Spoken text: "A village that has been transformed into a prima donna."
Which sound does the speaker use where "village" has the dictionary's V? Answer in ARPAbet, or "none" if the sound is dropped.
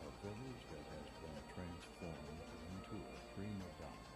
V